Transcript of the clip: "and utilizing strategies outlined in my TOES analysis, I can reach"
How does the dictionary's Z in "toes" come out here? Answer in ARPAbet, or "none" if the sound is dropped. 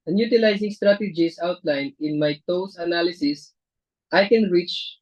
S